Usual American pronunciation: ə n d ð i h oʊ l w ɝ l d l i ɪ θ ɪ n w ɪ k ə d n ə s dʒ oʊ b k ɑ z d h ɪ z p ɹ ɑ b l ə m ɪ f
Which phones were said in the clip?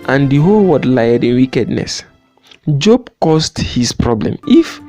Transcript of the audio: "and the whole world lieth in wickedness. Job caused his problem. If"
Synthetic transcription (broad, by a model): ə n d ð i h oʊ l w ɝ d l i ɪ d ɪ n w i k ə d n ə s dʒ oʊ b k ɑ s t h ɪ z p ɹ ɑ b l ə m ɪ f